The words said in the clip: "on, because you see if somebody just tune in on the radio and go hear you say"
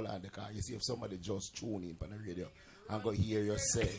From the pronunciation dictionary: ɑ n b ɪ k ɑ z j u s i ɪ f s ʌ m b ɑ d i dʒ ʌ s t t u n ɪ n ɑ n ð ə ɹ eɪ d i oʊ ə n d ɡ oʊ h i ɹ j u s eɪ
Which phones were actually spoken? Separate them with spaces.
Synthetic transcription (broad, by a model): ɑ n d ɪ k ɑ j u s i ɪ f s ʌ m b ɑ d i dʒ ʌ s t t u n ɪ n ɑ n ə ɹ eɪ d i oʊ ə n ɡ oʊ h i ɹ j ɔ s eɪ